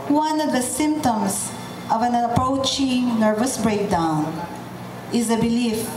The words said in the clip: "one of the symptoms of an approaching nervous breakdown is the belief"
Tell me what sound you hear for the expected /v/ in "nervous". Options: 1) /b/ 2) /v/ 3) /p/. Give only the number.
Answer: 2